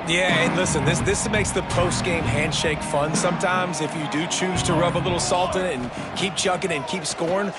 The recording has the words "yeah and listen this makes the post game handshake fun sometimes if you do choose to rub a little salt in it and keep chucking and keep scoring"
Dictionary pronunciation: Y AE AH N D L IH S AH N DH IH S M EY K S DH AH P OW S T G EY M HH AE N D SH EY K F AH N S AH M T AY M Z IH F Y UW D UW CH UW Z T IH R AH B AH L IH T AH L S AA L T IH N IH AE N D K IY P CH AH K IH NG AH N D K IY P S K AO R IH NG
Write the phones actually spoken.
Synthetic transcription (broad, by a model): Y AE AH N L IH S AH N DH IH S M EY K S DH AH P OW S T G EY M HH AE N D SH EY K F AH N S AH M T AY M Z IH F Y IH D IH CH UW Z T IH R AH B AH L IH T L S AA L T IH N IH N K IY P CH AH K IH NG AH N K IY P S K AO R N